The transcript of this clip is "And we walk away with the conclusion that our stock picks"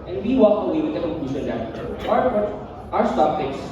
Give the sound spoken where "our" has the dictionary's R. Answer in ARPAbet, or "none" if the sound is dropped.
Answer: W